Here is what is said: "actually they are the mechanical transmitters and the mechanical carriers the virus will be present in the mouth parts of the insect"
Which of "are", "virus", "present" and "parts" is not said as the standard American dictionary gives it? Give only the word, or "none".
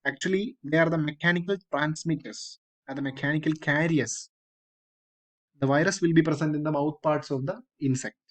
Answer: present